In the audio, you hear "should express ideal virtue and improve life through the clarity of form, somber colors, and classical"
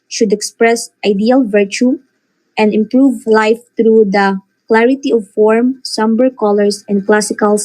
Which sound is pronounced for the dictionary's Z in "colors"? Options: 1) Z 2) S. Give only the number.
2